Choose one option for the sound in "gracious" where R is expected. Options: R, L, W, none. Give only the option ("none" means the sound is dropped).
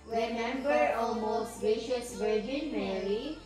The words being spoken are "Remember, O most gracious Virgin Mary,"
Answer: none